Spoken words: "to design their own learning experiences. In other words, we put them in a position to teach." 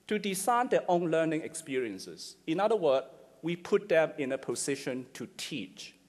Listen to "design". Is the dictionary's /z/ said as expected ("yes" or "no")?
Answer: no